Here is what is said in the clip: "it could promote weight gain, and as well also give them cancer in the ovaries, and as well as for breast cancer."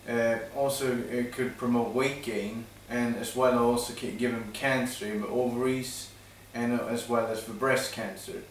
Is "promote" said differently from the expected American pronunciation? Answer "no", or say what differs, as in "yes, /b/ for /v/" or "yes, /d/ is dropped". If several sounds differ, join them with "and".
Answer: no